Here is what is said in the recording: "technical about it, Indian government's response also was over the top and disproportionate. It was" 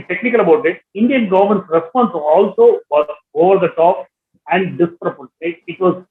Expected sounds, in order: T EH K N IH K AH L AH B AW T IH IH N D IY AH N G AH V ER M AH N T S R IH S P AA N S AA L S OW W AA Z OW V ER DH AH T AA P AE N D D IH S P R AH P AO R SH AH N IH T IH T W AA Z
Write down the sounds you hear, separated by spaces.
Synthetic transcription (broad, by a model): T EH K N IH K AH L AH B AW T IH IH N D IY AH N G AH V ER M AH N T S R IH S P AA N S AA L S OW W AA OW V ER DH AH T AA P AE N D D IH S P R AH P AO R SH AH IH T IH T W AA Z